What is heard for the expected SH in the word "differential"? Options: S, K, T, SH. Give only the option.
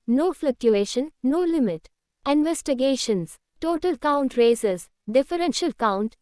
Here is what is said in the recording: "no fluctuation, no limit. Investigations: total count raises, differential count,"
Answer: SH